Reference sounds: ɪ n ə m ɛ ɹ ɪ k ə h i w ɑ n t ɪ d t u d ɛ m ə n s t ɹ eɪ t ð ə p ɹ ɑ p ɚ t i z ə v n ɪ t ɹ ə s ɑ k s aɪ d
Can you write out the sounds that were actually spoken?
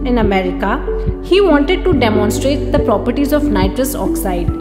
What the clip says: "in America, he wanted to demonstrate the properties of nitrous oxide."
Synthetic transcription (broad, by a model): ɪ n ə m ɛ ɹ ɪ k ə h i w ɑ n t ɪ d t u d ɛ m ə n s t ɹ eɪ t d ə p ɹ ɑ p ɚ t i z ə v n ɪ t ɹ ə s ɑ k s aɪ d